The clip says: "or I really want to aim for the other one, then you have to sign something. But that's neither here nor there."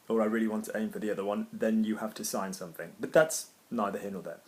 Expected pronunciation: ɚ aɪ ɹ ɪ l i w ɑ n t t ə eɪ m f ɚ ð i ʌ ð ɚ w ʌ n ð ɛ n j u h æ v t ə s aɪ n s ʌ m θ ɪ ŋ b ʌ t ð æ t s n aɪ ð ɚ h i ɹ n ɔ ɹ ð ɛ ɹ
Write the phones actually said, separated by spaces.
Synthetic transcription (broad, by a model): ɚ aɪ ɹ ɪ l i w ɑ n t t ə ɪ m f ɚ ð i ʌ ð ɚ w ʌ n ð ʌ n j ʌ h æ f t ə s aɪ n s ʌ m θ ɪ ŋ b ʌ t ð æ t s n aɪ ð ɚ h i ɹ n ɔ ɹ ð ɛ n